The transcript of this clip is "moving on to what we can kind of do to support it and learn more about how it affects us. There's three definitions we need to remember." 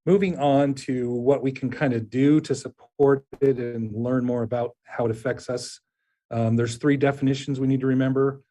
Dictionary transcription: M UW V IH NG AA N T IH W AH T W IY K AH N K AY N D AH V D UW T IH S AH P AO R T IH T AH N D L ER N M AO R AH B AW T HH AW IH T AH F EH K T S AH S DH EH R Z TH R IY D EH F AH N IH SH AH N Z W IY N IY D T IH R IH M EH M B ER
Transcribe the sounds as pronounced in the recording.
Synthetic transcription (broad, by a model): M UW V IH NG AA N T IH W AH T W IY K N K AY N D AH D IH T IH S AH P AO R T IH T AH N L ER N M AO R AH B AW T HH AW IH T AH F EH K T S AH S DH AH R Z TH R IY D EH F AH N IH SH N Z W IY N IY D T IH R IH M EH M B ER